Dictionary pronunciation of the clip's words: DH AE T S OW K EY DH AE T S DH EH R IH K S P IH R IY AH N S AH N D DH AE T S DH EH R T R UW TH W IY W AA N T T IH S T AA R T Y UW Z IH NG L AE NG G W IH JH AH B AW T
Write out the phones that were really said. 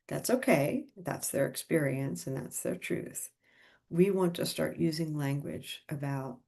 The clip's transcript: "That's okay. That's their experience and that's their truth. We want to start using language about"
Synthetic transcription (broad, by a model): DH AE T S OW K EY DH AE T S DH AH R IH K S P IH R IY AH N S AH N DH AE T S DH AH R T R UW TH W IY W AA N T T IH S T AA R T Y UW Z IH NG L AE NG G W IH JH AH B AW T